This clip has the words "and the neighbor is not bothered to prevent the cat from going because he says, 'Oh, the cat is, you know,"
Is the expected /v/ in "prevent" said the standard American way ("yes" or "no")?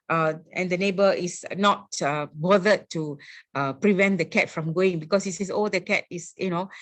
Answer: yes